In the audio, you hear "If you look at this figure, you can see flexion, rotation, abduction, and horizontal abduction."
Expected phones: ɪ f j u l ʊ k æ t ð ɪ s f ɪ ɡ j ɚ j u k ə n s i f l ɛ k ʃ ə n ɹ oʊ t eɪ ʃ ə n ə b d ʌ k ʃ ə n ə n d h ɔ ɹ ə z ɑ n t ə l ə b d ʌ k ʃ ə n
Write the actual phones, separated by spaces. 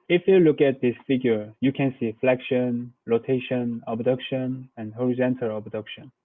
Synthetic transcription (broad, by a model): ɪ f j u l ʊ k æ t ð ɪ s f ɪ ɡ j ɚ j u k ə n s i f l ɛ k ʃ ə n l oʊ t eɪ ʃ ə n ə b d ʌ k ʃ ə n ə n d h ɔ ɹ ə z ɑ n t ə l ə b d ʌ k ʃ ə n